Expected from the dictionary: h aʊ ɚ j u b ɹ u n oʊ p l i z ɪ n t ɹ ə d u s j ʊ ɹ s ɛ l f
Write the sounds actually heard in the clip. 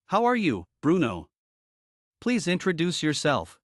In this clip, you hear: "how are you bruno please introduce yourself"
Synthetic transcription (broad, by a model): h aʊ ɚ j u b ɹ u n oʊ p l i z ɪ n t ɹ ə d u s j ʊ ɹ s ɛ l f